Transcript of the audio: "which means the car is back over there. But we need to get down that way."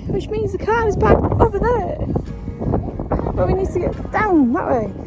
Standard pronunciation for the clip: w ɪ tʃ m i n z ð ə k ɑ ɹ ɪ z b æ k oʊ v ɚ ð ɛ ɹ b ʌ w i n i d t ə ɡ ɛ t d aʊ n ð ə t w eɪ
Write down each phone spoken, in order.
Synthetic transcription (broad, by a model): w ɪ tʃ m i n z ð ə k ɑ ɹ ɪ z b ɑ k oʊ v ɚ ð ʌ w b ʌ w i n i d t ə ɡ ɛ t d aʊ n ð ə t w eɪ